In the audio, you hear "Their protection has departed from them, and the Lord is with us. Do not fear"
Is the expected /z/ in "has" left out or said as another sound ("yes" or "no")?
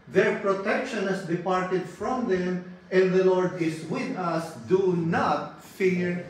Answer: yes